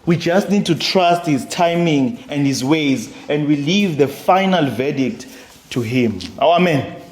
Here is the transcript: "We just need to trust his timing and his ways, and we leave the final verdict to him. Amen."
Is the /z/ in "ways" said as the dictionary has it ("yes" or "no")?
yes